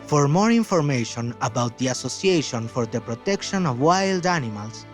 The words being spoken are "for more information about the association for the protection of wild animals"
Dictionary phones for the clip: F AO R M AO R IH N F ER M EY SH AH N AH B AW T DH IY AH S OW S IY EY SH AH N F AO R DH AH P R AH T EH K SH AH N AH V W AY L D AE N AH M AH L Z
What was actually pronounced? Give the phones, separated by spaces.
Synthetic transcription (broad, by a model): F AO R M AO R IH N F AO M EY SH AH N AH B AW T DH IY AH S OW S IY EY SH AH N F AO R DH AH P R AH T EH K SH AH N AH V W AY L D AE N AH M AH L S